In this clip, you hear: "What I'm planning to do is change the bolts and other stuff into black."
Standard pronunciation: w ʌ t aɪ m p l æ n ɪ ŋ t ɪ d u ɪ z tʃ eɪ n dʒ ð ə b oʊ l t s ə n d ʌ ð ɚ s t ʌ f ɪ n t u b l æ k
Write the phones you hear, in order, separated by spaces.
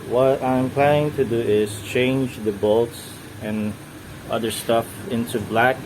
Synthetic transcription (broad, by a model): w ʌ t aɪ m p l æ n ɪ ŋ t ɪ d u ɪ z tʃ eɪ n dʒ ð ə b oʊ l t s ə n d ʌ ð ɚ s t ʌ f ɪ n t u b l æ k